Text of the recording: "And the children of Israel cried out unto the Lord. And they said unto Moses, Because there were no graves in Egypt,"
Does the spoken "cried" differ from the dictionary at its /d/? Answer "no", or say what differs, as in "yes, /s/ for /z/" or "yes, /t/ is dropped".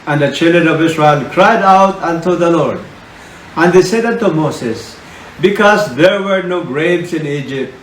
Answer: no